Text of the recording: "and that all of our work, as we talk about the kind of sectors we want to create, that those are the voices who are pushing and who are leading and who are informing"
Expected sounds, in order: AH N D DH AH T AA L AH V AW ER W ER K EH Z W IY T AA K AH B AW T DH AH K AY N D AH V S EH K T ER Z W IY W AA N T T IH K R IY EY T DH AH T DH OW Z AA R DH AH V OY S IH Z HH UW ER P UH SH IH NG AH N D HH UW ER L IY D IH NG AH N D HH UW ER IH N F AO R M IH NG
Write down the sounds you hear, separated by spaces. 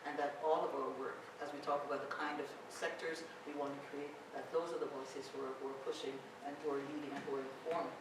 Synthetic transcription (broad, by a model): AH N DH AH T AA L AH V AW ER W ER K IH Z W IY T AA K AH B AW T DH AH K AY N D AH V S EH K T ER Z W IY W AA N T T IH K R IY EY T DH AH T DH OW Z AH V DH AH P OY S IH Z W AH ER P UH SH IH NG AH N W ER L IY D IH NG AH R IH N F AO R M